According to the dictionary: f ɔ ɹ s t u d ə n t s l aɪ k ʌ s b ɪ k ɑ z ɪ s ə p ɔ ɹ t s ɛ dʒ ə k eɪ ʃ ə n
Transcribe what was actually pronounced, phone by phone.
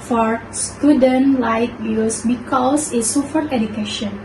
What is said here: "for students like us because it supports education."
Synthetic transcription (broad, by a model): f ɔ ɹ s t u d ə n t l aɪ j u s b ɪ k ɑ s ɪ s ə f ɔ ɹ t ɛ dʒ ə k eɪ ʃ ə n